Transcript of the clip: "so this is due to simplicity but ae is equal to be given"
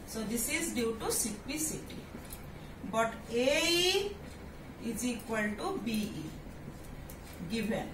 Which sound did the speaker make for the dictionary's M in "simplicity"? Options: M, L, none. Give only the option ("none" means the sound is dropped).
none